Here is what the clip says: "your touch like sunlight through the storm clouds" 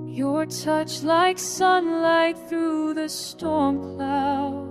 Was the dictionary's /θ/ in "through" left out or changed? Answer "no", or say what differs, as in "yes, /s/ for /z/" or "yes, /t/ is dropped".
no